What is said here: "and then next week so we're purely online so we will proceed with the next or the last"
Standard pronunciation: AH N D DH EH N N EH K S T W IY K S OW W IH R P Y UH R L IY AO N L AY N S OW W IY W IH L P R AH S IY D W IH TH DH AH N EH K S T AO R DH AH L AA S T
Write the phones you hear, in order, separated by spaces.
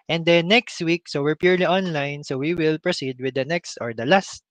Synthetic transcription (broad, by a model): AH N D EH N N EH K S T W IY K S OW W IH R P Y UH R L IY AO N L AY N S OW W IY W IH L P R AH S IY D W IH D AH N EH K S T AO R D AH L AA S T